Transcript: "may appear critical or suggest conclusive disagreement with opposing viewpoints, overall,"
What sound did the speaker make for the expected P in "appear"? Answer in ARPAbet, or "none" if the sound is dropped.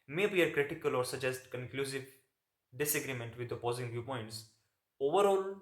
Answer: none